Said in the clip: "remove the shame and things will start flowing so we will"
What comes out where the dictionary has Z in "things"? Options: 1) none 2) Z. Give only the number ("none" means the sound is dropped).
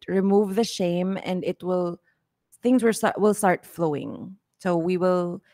2